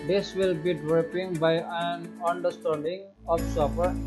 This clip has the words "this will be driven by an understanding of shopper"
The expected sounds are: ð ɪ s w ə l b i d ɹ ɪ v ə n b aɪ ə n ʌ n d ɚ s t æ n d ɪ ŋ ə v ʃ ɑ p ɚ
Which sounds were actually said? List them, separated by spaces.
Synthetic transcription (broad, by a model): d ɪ s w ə l b i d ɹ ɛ p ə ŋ b aɪ ə n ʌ n d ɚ s t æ n d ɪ ŋ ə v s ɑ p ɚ